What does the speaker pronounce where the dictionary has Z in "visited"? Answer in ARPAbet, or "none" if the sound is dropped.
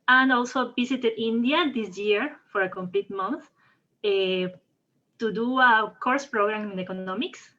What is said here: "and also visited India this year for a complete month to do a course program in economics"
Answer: S